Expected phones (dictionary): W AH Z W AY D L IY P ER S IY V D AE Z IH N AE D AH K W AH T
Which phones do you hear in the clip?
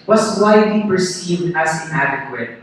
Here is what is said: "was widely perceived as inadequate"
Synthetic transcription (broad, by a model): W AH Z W AY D L IY P ER S IY V D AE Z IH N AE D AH K W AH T